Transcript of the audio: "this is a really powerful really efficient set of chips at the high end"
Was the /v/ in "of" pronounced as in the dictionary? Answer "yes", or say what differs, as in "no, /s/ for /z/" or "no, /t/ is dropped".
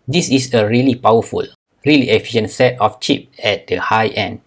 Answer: no, /f/ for /v/